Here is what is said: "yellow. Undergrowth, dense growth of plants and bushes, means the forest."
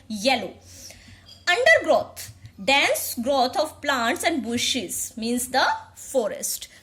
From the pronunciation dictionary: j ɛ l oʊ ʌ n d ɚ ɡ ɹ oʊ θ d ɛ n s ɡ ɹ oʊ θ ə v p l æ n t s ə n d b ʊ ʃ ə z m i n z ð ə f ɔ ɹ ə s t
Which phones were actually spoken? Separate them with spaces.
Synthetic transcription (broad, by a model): j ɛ l oʊ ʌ n d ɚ ɡ ɹ oʊ t d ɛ n s ɡ ɹ oʊ t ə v p l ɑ n t s ə n d b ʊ ʃ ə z m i n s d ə f ɔ ɹ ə s t